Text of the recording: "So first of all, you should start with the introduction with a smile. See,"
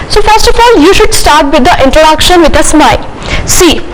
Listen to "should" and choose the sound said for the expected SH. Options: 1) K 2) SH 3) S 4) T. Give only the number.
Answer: 2